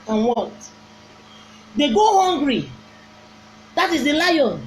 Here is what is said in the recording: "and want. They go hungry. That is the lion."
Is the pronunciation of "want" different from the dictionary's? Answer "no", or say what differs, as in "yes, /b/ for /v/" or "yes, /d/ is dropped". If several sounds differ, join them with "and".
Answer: yes, /n/ is dropped